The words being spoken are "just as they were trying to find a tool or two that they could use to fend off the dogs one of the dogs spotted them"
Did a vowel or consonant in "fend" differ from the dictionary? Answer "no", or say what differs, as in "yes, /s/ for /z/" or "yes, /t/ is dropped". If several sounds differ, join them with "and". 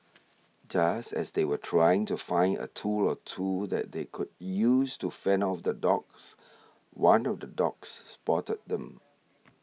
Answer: yes, /d/ is dropped